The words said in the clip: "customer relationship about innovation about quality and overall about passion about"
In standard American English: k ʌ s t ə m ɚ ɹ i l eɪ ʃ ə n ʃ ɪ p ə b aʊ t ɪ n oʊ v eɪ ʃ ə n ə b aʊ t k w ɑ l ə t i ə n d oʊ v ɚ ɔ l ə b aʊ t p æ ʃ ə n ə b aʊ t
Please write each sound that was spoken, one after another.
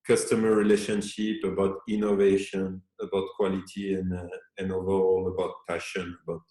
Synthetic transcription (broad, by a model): k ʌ s t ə m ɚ ɹ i l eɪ ʃ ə n ʃ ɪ p ə b aʊ t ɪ n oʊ v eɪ ʃ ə n ə b aʊ t k w ɑ l ə t i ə n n oʊ v ɚ ɔ l ə b aʊ t p æ ʃ ə n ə b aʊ t